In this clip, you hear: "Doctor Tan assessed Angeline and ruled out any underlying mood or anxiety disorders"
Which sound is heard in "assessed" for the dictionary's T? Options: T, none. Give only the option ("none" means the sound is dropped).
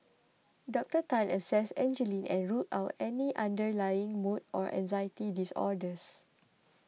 none